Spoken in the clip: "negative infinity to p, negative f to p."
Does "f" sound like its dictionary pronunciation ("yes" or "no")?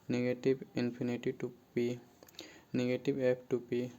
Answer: no